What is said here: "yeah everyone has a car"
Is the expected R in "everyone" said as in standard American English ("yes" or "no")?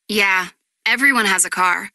yes